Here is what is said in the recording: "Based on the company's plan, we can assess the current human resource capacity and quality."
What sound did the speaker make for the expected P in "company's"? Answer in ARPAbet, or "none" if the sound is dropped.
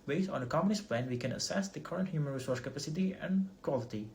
none